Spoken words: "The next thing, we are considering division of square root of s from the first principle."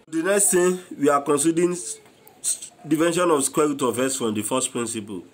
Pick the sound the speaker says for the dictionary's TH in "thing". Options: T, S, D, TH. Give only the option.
T